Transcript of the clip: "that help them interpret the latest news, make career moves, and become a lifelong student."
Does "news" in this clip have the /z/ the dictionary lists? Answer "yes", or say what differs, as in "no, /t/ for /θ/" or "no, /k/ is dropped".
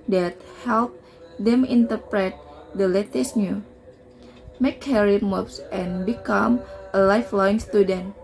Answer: no, /z/ is dropped